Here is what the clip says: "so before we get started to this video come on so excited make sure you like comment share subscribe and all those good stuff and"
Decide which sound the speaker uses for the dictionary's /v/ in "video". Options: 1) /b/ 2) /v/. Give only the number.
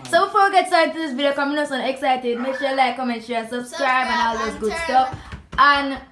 1